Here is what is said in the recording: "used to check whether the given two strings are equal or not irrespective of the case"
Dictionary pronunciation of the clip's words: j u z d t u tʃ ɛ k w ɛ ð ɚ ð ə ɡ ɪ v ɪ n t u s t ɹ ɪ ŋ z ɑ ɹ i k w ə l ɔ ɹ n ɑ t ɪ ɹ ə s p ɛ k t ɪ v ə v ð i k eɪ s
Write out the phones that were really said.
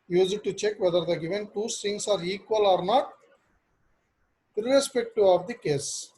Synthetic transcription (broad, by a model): j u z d t u tʃ ɛ k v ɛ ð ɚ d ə ɡ ɪ v ɪ n t u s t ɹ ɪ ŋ s ɑ ɹ i k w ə l ɔ ɹ n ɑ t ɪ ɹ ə s p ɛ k t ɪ ə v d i k eɪ s